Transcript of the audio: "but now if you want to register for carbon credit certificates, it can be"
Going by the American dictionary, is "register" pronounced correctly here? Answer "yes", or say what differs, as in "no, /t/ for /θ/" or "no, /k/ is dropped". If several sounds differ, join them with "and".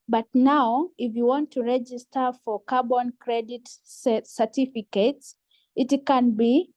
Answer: yes